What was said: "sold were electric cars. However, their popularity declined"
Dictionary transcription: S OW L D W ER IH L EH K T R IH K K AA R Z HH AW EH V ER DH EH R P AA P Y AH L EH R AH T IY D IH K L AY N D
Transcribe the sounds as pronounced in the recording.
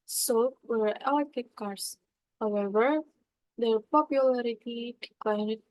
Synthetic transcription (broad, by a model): S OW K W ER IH EH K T IH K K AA R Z HH AW EH V ER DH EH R P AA P Y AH L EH R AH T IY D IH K L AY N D